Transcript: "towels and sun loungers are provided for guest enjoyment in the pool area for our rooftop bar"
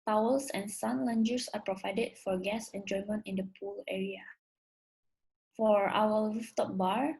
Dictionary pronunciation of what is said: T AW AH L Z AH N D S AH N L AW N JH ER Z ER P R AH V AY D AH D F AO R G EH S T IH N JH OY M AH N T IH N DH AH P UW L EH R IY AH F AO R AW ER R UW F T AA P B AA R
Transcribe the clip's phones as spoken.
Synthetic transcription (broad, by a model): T AW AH L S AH N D S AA N L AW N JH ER S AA P R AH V AY D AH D F AO R G EH S IH N JH OY M AH N T IH N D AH P UW L EH R IY AH F AO R AW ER L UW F T AA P B AA R